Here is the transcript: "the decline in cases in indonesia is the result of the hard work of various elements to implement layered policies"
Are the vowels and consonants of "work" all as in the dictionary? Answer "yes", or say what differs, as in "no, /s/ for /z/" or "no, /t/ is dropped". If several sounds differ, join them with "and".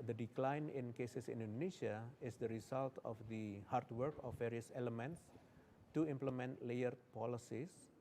yes